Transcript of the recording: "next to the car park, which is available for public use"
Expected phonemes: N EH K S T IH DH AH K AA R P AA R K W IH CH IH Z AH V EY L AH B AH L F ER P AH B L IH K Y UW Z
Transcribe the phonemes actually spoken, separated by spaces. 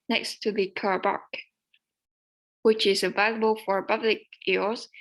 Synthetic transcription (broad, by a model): N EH K S T IH DH AH K AA R B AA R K W IH CH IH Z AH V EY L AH B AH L F ER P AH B L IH K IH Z